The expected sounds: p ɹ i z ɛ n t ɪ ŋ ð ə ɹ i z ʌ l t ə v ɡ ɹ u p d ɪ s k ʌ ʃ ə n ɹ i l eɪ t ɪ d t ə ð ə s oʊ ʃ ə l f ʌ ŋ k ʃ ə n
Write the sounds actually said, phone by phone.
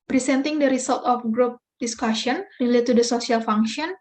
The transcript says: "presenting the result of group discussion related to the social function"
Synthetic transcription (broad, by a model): p ɹ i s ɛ n t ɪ ŋ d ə ɹ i s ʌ l t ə f ɡ ɹ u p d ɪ s k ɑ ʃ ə n ɹ i l eɪ t ɪ d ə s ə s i ə l f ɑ ŋ k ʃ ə n